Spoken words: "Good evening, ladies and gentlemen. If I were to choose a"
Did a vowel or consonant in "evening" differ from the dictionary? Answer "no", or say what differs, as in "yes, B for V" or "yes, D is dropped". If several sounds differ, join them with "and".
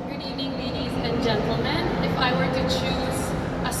yes, V is dropped